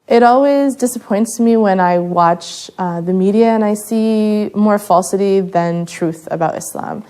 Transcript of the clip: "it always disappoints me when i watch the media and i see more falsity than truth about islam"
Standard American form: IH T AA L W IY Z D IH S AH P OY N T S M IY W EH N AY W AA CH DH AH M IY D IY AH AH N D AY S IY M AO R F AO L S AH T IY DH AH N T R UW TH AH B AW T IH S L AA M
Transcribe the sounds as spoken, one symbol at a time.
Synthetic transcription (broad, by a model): IH T AA L W IY Z D IH S AH P OY N T S M IY W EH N AY W AA CH DH AH M IY D IY AH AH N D AY S IY M AO R F AO L S AH T IY DH AH N T R UW TH AH B AW T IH S L AA M